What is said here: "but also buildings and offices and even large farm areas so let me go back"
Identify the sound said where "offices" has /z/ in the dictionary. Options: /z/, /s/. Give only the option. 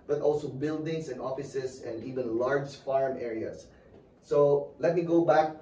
/s/